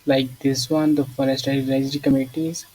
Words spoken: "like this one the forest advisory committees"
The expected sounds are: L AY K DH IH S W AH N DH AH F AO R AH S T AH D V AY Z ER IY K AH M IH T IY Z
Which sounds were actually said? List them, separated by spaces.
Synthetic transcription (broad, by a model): L AY K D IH S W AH N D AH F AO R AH S T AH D AY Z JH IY K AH M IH T IY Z